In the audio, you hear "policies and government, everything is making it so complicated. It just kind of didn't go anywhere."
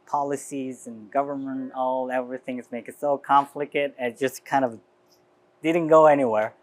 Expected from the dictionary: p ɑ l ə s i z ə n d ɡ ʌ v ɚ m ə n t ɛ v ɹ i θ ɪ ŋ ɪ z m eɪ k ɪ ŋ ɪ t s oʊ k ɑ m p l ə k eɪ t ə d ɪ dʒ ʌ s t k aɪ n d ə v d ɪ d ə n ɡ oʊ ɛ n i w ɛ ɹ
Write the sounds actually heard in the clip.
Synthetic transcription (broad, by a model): p ɑ l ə s i z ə n ɡ ʌ v ɚ m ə n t ɛ v ɹ i θ ɪ ŋ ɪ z m eɪ ɪ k ɪ t s oʊ k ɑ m f l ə k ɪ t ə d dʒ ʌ s k aɪ n d ə v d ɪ d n ɡ oʊ ɛ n i w ɛ ɹ